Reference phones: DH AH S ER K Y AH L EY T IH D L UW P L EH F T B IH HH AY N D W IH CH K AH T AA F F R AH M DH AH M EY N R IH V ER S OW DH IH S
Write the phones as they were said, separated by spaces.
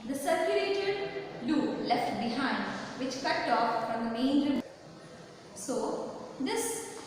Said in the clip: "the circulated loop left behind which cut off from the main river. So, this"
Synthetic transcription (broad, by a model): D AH S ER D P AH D EY T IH D L UW L EH F T B IH HH AY N D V IH CH K AH T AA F F R AH M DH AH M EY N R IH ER S OW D IH S